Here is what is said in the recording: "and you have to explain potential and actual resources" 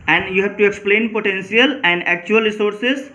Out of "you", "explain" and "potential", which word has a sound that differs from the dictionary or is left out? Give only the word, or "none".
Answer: potential